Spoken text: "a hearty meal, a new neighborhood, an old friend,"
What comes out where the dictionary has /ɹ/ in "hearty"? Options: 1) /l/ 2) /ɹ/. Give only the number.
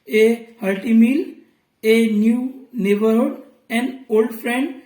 1